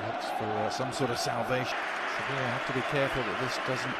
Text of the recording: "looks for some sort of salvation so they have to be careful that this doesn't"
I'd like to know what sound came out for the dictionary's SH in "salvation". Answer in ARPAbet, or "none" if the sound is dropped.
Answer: none